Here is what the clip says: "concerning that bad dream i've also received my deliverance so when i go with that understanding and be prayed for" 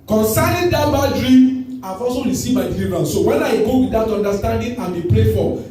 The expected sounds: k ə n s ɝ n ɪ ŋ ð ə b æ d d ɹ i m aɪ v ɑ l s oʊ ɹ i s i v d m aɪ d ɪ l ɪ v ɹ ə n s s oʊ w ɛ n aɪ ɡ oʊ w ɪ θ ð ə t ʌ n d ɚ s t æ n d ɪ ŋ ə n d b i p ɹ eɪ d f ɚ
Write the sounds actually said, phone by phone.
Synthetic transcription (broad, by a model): k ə n s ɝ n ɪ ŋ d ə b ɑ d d ɹ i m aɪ f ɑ s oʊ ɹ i s i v m aɪ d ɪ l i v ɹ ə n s s oʊ w ɛ n aɪ ɡ oʊ w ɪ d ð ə t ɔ n d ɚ s t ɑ n d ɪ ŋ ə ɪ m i p ɹ eɪ f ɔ